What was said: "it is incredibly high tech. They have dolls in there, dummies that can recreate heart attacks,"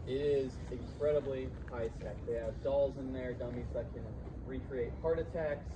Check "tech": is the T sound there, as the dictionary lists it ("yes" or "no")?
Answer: no